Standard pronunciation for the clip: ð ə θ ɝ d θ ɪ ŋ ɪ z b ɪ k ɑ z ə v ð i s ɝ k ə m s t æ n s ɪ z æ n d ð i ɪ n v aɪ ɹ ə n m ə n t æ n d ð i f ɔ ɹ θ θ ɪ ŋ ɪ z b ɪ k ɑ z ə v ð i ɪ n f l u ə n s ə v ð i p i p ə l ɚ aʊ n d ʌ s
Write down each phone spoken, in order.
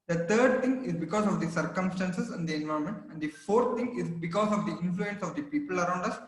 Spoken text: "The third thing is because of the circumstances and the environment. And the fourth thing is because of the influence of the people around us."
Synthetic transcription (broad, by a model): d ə t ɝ d t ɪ ŋ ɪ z b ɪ k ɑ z ə v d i s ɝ k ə m s t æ n s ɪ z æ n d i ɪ n v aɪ ə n m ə n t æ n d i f ɔ ɹ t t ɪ ŋ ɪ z b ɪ k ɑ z ə v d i ɪ n f l u ə n s ə v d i p i p ə l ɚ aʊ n d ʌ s